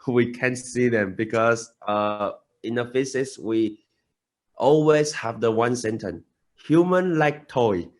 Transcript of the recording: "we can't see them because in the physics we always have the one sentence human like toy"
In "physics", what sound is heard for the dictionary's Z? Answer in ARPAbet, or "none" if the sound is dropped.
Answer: S